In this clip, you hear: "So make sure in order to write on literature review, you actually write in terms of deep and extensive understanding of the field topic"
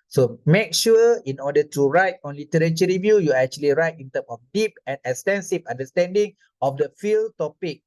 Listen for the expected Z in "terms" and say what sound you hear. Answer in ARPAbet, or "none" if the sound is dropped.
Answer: none